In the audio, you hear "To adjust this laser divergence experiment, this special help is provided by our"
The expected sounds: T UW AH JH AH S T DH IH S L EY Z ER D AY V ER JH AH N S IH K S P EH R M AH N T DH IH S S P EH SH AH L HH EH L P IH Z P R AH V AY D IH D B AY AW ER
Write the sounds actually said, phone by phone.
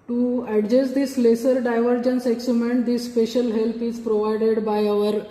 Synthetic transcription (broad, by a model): T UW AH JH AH S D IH S L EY S ER D AY V ER JH AH N S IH K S UW M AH N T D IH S S P EH SH AH L HH EH L P IH Z P R AH V AY D IH D B AY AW ER